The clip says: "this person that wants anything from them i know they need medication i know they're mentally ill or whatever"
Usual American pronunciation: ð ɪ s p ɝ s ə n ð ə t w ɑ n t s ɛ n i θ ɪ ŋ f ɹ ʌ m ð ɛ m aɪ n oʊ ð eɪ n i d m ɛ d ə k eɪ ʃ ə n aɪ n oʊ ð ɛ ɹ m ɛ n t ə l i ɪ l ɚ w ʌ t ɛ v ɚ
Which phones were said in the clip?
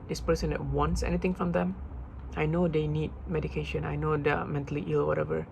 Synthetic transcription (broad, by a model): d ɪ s p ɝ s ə n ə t w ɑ n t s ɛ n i t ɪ ŋ f ɹ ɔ m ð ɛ m aɪ n oʊ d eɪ n i d m ɛ d ə k eɪ ʃ ə n aɪ n oʊ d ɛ m ɛ n t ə l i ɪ l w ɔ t ɛ v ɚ